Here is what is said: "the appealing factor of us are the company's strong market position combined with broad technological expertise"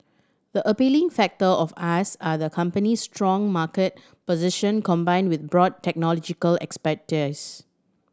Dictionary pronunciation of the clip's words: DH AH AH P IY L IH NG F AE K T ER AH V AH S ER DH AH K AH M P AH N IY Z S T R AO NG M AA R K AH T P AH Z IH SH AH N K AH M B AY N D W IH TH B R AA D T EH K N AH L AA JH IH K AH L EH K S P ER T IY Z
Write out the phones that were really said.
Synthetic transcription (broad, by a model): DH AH AH P IY L IH NG F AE K T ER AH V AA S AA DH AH K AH M P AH N IY S T R AO NG M AA K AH T P AH Z IH SH AH N K AH M B AY N D W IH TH B R AA D T EH K N AH L AA JH IH K AH L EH K S P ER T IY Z